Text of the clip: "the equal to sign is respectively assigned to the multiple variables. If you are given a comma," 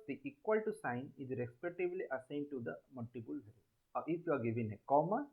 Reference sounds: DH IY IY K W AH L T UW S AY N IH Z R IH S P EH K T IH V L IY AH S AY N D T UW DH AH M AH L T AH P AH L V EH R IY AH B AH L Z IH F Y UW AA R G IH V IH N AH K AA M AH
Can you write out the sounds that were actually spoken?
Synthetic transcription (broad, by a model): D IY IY K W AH L T UW S AY N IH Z R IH S P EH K T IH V L IY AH S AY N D T UW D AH M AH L T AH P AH L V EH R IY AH AH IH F Y UW AA R G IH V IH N AH K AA M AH